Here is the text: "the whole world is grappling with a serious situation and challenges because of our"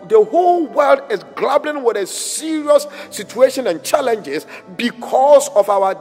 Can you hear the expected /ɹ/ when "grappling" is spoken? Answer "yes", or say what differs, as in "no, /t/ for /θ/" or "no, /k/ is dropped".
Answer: no, /l/ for /ɹ/